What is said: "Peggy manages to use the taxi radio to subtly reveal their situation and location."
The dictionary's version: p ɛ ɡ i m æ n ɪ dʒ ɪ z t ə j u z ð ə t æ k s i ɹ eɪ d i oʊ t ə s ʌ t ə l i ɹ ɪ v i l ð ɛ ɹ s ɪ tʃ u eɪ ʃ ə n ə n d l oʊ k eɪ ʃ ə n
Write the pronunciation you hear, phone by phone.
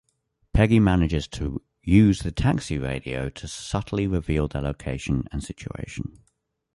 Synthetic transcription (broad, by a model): p ɛ ɡ i m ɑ n ɪ dʒ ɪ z t ə j u z ð ə t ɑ k s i ɹ eɪ d i oʊ t ə s ʌ t ə l i ɹ ɪ v i l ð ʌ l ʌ u eɪ ʃ ə n ə n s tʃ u eɪ ʃ ə n